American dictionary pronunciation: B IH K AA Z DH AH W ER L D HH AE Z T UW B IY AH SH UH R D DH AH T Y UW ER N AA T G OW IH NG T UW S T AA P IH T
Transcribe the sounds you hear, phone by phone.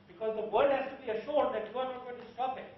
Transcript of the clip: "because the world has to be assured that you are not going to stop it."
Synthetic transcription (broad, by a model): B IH K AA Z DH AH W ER D HH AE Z T UW B IY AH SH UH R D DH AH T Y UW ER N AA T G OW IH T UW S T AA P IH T